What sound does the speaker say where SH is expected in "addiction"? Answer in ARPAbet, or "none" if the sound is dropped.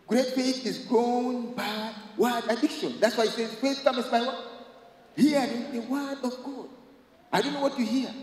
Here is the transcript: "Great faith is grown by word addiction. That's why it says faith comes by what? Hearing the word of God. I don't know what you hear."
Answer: SH